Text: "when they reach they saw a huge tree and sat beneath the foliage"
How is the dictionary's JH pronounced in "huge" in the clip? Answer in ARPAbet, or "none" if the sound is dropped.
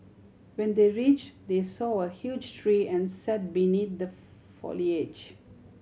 JH